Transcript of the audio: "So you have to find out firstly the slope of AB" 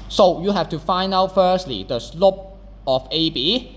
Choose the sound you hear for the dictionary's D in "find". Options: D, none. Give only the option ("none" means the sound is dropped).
none